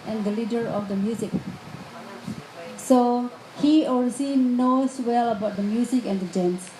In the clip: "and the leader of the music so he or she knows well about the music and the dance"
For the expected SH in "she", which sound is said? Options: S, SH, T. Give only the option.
S